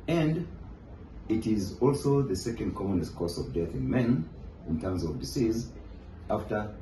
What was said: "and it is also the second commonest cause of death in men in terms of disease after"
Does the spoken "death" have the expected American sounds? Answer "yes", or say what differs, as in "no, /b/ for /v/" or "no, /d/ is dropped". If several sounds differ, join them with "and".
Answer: yes